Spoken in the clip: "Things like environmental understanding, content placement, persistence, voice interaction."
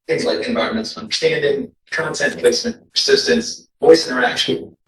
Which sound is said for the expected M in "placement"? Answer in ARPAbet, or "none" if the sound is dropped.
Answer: none